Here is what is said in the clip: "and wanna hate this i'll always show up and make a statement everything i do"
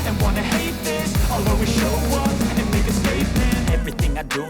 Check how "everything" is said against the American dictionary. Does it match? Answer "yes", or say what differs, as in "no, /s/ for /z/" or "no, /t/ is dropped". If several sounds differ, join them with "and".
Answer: yes